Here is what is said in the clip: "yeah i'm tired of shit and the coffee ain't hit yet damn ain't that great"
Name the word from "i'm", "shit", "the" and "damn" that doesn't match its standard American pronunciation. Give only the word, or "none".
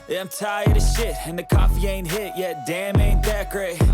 none